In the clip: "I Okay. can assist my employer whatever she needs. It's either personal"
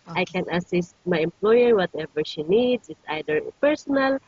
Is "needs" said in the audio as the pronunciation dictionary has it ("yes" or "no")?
no